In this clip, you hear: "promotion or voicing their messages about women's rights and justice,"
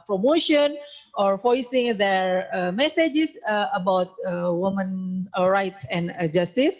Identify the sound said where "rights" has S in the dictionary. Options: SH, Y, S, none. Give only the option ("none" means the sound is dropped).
S